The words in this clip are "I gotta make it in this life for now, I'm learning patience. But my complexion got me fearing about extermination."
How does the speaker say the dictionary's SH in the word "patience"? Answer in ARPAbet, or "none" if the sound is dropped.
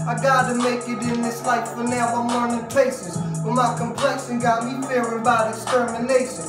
S